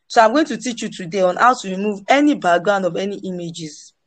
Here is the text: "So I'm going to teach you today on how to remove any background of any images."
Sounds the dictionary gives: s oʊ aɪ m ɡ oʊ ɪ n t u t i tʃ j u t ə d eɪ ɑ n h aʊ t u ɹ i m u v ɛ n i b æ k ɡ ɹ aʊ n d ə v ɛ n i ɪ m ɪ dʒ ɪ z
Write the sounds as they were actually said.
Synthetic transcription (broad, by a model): s oʊ aɪ m ɡ oʊ ɪ n t u t i tʃ j u t ə d eɪ ɑ n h aʊ t u ɹ i m u v ɛ n i b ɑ ɡ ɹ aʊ n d ə v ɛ n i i m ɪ dʒ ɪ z